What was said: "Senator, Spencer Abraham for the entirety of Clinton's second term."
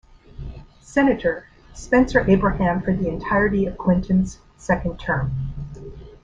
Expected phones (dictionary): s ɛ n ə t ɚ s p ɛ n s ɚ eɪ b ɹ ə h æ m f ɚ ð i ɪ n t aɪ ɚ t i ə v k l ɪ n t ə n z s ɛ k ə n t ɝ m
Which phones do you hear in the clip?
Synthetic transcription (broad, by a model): s ɛ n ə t ɚ s p ɛ n s ɚ eɪ b ɹ ə h æ m f ɚ ð i ɪ n t aɪ ɚ t i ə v k w ɪ n t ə n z s ɛ k ə n t ɝ m